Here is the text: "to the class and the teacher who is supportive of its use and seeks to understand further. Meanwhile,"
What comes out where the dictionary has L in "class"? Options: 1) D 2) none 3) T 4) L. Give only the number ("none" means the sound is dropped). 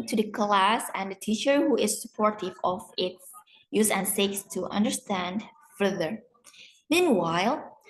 4